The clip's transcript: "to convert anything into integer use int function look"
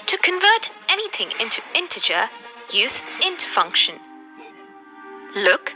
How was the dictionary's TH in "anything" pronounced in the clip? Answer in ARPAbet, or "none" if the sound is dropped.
TH